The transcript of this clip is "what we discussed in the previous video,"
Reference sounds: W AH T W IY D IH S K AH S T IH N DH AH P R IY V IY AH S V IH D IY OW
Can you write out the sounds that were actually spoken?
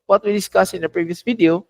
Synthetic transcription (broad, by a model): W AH T W IY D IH S K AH S IH N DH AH P R IY V IY AH S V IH D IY OW